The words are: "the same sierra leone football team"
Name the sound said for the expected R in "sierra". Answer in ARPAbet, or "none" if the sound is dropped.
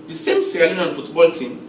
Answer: L